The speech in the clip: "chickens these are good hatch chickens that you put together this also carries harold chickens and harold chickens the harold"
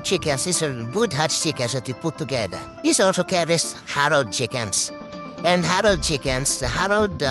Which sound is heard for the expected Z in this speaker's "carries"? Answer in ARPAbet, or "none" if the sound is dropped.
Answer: S